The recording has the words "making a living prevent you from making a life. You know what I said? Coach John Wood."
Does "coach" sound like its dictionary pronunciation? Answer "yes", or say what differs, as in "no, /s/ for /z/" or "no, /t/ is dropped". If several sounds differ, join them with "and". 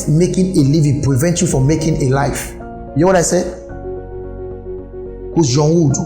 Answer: no, /s/ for /tʃ/